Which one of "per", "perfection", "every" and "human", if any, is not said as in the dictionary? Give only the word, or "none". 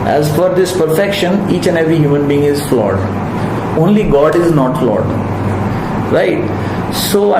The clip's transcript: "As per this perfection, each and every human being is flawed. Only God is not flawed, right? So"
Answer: per